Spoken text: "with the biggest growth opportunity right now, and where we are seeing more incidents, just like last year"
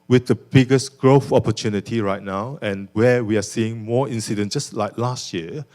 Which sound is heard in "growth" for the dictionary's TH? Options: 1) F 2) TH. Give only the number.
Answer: 1